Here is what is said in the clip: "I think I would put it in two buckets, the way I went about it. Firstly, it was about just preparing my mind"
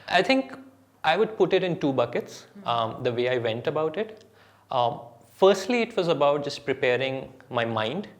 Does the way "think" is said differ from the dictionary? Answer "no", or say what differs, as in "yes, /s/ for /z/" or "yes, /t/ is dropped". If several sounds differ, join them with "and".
yes, /t/ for /θ/